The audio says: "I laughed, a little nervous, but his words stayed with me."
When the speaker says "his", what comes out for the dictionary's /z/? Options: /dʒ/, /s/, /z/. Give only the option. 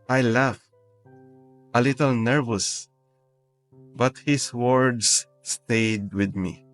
/s/